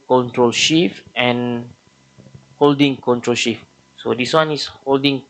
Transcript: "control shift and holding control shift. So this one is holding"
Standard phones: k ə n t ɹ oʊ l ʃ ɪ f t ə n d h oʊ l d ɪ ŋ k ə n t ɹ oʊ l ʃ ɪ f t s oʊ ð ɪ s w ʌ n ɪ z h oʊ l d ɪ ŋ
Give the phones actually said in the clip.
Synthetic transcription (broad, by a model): k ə n t ɹ oʊ l ʃ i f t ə n h oʊ l d ɪ ŋ k ə n t ɹ oʊ l ʃ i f s oʊ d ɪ s w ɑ n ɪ s h oʊ l d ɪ ŋ